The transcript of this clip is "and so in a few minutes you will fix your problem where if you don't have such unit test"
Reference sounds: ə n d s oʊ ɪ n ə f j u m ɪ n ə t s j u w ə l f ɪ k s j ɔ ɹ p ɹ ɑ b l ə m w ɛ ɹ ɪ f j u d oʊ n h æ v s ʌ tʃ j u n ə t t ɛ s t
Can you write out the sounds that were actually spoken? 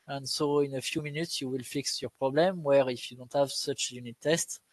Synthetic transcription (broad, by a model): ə n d s oʊ ɪ n ə f j u m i n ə t s j u w ə l f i k s j ɔ ɹ p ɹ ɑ b l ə m w ɛ ɹ ɪ f j u d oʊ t h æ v s ʌ tʃ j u n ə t t ɛ s t